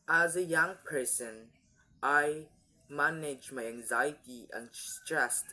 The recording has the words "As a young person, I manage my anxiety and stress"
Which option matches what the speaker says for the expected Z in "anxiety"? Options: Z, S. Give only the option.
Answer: Z